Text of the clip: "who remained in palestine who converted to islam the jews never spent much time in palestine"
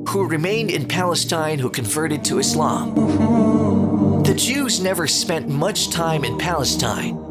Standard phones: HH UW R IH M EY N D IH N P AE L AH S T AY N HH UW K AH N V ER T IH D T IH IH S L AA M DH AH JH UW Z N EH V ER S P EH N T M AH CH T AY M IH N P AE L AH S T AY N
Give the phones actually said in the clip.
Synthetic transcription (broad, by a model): HH UW R IH M EY N D IH N P AE L AH S T AY N HH UW K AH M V ER T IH D T IH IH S L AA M DH AH JH UW Z N EH V ER S P EH N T M AH CH T AY M IH N P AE L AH S T AY N